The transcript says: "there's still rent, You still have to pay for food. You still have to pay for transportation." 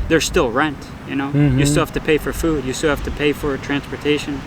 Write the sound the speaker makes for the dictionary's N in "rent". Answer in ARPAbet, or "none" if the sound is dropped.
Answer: N